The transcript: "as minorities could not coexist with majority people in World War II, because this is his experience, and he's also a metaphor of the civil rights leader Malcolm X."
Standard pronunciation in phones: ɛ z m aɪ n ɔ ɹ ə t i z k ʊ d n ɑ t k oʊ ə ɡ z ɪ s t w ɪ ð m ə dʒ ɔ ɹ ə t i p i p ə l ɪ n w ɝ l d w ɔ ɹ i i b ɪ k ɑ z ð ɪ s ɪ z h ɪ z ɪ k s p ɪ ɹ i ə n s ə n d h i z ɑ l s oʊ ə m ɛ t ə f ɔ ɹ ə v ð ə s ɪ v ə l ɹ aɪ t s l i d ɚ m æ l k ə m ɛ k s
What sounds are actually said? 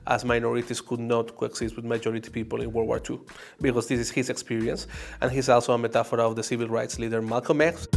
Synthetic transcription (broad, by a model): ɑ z m aɪ n ɔ ɹ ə t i s k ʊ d n ɑ t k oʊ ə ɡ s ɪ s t w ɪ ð m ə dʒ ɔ ɹ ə t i p i p ə l ɪ n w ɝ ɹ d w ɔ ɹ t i b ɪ k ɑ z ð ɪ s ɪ s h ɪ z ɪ k s p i ɹ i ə n s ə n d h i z ɑ l s oʊ ə m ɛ t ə f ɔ ɹ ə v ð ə s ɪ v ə l ɹ aɪ t s l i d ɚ m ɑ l k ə m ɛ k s